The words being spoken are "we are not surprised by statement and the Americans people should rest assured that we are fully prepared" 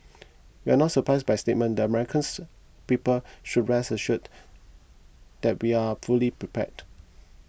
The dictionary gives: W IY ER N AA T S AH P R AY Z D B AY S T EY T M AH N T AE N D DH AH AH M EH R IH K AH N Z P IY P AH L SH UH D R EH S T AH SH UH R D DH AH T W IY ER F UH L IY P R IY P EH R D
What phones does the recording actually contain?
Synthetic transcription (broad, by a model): W IY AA N AA T S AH P R AY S B AY S T EY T M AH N N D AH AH M EH R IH K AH N S P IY P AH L SH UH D R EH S AH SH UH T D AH T W IY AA F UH L IY P R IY P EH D